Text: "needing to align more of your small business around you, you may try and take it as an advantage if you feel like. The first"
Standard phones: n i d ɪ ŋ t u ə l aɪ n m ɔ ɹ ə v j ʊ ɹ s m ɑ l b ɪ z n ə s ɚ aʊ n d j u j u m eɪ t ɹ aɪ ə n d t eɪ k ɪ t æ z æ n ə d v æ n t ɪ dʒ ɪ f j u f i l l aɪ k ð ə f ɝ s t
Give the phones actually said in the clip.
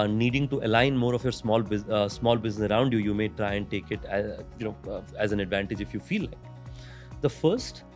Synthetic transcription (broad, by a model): n i d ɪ ŋ t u ə l aɪ n m ɔ ɹ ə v j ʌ ɹ s m ɑ l b ɪ z n ə s ɚ aʊ n d j u j u m eɪ t ɹ aɪ ə n d t eɪ k ɪ t æ z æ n ə d v æ n t ɪ dʒ ɪ f j u f i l l aɪ k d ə f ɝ s t